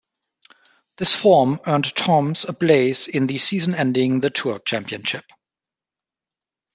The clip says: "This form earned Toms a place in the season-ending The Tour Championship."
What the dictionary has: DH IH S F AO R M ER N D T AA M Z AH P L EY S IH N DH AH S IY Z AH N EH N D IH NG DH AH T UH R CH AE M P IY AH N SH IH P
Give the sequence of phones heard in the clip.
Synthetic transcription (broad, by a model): DH IH S F AO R M ER N T AA M Z AH B L EY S IH N DH AH S IY Z AH N EH N D IH NG DH AH T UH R CH AE M P IY AH N SH IH P